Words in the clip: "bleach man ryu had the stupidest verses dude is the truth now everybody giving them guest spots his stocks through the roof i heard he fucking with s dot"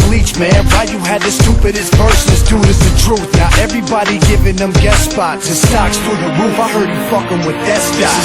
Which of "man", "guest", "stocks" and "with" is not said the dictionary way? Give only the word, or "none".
guest